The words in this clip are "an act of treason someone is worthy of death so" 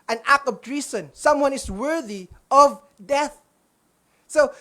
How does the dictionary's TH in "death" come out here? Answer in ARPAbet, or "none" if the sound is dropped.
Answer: TH